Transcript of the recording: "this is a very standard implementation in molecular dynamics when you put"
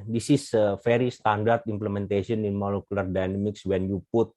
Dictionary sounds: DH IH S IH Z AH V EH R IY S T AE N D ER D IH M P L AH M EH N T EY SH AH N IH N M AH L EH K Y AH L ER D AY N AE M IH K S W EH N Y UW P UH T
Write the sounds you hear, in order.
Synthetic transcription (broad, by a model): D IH S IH S AH F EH R IY S T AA N D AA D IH M P L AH M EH N T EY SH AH N IH N M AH L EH K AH L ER D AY N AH M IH K S W EH N Y UW P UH T